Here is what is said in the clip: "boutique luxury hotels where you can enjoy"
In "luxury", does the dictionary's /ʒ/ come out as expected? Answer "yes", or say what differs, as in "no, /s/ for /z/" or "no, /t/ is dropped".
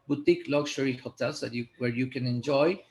no, /ʃ/ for /ʒ/